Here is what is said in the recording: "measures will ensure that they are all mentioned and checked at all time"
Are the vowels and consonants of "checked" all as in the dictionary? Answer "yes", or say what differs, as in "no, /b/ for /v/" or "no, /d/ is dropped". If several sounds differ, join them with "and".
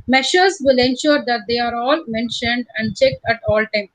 yes